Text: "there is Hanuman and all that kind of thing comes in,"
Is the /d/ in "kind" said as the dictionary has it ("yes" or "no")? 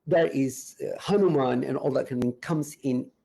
no